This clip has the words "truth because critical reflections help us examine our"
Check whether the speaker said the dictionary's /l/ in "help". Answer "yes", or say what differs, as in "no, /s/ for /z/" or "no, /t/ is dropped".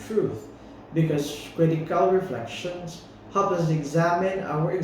no, /l/ is dropped